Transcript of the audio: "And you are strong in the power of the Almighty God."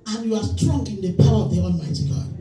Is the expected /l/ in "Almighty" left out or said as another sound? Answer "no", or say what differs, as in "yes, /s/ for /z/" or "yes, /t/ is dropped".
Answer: yes, /n/ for /l/